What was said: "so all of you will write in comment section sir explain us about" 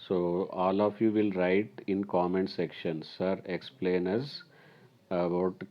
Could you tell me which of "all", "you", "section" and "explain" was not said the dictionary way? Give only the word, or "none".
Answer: none